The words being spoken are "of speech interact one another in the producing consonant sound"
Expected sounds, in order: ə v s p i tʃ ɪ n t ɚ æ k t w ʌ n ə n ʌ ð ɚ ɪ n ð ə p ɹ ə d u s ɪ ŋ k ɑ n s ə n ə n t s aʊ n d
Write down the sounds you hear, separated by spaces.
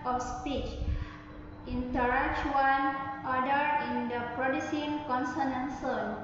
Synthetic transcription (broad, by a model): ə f s p i tʃ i n t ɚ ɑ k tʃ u ə n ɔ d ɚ ɪ n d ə p ɹ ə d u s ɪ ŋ k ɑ n s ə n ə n s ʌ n